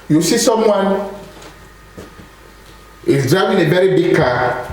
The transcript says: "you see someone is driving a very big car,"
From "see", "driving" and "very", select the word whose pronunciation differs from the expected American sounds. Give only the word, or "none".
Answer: driving